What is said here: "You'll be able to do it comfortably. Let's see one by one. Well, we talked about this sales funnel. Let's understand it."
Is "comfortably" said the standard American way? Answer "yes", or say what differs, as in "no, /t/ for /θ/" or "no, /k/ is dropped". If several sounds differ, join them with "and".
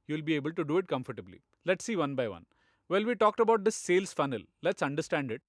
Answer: yes